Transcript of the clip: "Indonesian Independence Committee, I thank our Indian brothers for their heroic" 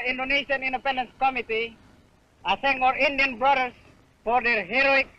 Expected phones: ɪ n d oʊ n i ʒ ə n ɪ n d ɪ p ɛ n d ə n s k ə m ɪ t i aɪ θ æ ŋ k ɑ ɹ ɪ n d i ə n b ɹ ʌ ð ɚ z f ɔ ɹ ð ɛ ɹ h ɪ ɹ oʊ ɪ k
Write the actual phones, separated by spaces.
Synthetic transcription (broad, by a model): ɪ n d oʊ n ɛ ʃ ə n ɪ n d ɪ p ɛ n d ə n s k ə m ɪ t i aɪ s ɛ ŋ ɑ ɹ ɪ n d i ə n b ɹ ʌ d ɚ s f ɔ ɹ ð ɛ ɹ h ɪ ɹ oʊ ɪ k